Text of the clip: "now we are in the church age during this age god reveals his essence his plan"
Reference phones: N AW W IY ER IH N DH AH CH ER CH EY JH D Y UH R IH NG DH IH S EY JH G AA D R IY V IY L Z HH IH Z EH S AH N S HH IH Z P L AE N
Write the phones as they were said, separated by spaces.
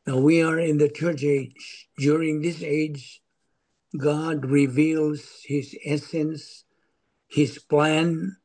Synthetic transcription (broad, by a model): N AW W IY ER IH N DH AH CH ER CH EY JH D Y UH R IH NG DH IH S EY JH G AA D R IY V IY L Z HH IH Z EH S AH N S HH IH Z P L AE N